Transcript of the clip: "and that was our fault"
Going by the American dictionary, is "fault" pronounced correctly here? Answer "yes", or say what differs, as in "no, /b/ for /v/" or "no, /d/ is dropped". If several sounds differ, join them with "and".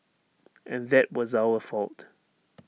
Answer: yes